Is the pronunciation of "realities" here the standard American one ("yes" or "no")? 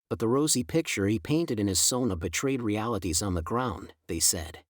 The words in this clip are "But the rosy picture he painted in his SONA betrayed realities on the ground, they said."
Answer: yes